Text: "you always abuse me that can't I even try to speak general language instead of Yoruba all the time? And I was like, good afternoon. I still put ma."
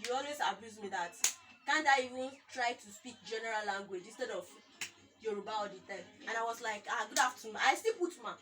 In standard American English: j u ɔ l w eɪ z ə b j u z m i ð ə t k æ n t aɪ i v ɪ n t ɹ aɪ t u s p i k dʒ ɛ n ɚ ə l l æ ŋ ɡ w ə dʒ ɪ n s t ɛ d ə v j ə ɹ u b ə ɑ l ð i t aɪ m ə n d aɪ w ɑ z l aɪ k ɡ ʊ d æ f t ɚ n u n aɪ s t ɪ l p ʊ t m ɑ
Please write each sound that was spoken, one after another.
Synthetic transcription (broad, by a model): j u ɔ l w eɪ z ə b j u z m i ð ə t k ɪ n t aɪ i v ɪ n t ɹ aɪ t u s p i k dʒ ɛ n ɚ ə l l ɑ ŋ ɡ w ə dʒ ɪ n s t ɛ d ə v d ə ɹ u b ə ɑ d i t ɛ ə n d aɪ w ɑ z l aɪ k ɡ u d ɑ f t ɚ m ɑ aɪ s t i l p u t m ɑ